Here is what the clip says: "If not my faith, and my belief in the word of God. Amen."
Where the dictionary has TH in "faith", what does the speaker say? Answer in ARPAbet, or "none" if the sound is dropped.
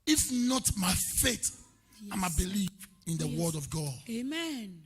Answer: T